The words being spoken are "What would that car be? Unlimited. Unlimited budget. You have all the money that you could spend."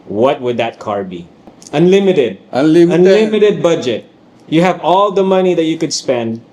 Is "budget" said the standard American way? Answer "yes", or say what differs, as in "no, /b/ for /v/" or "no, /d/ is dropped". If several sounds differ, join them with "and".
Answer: yes